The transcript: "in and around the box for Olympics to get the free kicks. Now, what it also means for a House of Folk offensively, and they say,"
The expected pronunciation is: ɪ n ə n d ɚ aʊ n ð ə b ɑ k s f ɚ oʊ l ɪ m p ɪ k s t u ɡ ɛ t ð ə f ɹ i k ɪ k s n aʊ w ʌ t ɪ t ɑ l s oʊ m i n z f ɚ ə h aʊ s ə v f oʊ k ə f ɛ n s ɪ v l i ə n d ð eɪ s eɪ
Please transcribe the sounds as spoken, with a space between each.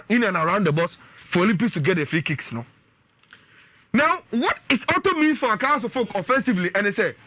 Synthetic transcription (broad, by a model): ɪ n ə n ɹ aʊ n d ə b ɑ s f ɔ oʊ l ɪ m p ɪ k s t u ɡ ɛ t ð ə f ɹ i k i k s n aʊ w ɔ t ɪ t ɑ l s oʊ m i n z f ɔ ə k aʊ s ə f oʊ k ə f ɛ n s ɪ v l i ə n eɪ s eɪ